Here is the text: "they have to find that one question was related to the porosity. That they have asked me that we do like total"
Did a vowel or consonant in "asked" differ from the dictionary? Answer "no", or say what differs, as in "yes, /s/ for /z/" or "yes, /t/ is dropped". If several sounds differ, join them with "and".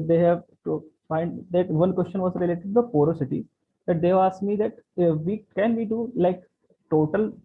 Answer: yes, /s/ is dropped